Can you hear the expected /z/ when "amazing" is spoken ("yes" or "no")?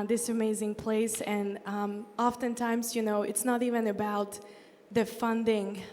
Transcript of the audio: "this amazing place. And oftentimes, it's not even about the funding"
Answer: yes